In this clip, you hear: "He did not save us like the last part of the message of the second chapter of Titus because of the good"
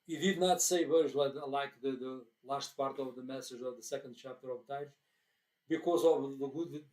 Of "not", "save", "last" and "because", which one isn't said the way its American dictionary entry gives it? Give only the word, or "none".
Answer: none